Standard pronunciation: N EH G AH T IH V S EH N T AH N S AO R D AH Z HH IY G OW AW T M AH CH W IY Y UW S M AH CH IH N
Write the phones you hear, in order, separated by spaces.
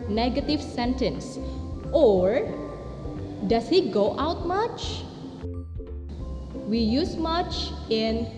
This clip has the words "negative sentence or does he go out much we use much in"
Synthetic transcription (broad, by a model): N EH G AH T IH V S EH N T AH N S AO R D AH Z HH IY G OW AW T M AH CH W IY Y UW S M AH CH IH N